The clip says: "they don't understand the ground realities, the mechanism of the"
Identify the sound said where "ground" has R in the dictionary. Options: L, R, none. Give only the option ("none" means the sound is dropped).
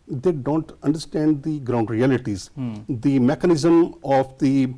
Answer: R